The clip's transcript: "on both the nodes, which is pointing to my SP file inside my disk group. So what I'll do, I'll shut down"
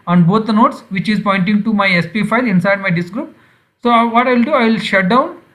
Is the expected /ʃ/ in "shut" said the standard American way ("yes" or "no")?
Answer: yes